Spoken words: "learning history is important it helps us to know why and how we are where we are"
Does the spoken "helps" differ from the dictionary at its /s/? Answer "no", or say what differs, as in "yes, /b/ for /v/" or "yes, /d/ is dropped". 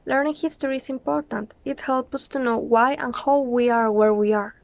yes, /s/ is dropped